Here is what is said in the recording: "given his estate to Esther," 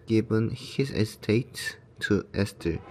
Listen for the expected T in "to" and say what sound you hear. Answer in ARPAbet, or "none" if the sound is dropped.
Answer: S